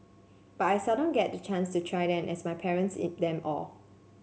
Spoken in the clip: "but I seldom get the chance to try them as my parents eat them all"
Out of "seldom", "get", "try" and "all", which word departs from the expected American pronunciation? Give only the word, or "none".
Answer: seldom